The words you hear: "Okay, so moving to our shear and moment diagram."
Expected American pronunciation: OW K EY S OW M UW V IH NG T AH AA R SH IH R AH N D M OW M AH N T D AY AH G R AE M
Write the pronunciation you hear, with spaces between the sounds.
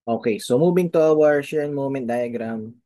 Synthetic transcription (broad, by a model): OW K EY S OW M UW B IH NG T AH AA R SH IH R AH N M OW M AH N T D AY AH G R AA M